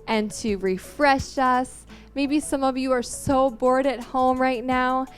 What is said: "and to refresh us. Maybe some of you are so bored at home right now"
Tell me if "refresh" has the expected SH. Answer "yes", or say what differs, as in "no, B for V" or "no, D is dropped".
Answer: yes